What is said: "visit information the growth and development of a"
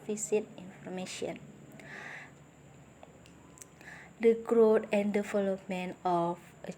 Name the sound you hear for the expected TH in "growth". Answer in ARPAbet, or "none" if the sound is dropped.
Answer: T